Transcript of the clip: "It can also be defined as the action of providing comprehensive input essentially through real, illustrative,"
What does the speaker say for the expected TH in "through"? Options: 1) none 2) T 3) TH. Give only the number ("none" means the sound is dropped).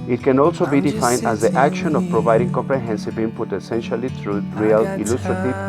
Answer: 2